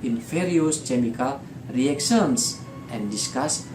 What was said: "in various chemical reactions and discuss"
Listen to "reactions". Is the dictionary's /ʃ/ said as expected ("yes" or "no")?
no